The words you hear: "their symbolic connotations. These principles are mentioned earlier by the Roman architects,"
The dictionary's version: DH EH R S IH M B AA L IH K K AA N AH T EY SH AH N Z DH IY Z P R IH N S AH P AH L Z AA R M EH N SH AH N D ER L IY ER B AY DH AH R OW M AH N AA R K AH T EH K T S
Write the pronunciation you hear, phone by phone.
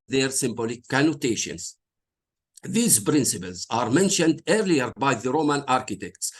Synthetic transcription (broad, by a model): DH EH R S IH M B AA L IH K K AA N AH T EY SH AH N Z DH IY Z P R IH N S AH P AH L Z AA R M EH N SH AH N D ER L IY ER B AY DH AH R OW M AH N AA R K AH T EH K T S